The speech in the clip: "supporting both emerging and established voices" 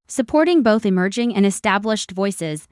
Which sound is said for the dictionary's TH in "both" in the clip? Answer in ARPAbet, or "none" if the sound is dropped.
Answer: TH